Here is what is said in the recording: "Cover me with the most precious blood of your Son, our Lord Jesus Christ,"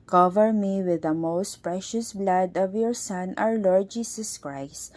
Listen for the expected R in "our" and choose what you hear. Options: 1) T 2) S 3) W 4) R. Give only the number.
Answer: 3